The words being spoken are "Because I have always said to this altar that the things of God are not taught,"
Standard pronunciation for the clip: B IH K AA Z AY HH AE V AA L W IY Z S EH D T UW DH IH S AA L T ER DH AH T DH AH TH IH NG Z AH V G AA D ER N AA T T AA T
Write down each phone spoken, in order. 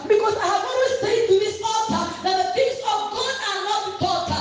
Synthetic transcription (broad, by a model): B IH K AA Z AY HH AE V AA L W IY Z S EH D T UW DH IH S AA T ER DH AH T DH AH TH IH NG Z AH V G AA D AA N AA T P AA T